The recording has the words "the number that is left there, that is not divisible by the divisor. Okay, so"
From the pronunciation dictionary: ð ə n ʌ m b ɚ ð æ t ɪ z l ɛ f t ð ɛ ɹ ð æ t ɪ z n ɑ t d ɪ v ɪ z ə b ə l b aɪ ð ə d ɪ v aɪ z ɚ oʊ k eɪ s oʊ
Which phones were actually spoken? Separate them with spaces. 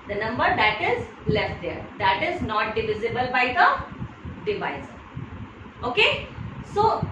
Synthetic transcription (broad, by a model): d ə n ʌ m b ɚ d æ t ɪ z l ɛ f t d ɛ ɹ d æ t ɪ z n ɑ t d ɪ v ɪ z ə b ə l b aɪ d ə d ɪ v aɪ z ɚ oʊ k eɪ s oʊ